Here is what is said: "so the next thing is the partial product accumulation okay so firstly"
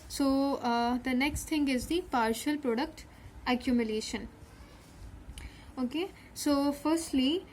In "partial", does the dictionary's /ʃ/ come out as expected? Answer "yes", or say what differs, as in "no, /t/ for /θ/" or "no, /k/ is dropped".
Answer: yes